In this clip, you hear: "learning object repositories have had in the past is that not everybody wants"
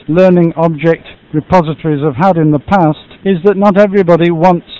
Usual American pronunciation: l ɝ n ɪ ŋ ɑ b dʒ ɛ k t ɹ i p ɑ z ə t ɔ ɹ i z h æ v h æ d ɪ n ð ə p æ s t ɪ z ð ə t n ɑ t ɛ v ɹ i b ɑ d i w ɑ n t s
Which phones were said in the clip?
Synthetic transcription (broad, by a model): l ɝ n ɪ ŋ ɑ b dʒ ɛ k t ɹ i p ɑ z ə t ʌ ɹ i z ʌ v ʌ d ɪ n ð ə p æ s t ɪ z ð ə t n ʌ t ɛ v ɹ i b ɑ d i w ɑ n t s